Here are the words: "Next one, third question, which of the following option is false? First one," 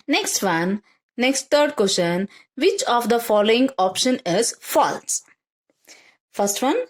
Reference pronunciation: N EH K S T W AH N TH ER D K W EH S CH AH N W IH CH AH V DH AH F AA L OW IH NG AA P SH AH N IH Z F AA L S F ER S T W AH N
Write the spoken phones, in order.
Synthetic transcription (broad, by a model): N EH K S T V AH N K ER D K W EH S SH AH N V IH CH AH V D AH F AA L OW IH NG AA P SH AH N IH Z F AA L S F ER S T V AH N